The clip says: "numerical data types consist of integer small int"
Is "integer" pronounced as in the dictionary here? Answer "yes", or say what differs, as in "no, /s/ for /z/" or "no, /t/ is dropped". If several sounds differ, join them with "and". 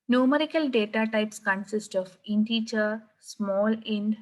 no, /tʃ/ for /dʒ/